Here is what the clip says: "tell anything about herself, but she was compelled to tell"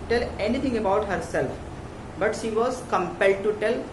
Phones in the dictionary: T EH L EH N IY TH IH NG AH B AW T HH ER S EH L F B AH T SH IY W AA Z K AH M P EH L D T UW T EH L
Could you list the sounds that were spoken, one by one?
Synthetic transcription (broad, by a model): T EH L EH N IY T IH NG AH B AW T HH ER S EH L F B AH T SH IY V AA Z K AH M P EH L D T UW T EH L